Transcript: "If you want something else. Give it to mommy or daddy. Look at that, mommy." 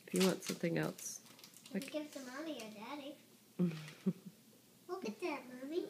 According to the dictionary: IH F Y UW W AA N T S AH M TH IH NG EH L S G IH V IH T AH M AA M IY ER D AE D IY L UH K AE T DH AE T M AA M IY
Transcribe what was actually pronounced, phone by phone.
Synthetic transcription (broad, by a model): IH F Y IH W AA N T S AH M TH IH NG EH L S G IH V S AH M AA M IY ER D AE D IY W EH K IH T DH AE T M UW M IY